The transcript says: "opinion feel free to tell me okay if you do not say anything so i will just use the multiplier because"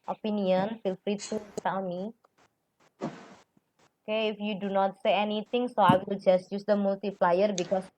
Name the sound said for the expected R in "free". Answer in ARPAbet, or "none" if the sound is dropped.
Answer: R